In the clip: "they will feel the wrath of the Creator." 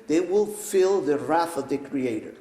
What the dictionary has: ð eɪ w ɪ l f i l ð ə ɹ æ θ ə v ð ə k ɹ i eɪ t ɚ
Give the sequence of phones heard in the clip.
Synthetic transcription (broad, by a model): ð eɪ w ɪ l f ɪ l ð ə ɹ æ θ ə v ð ə k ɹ i eɪ t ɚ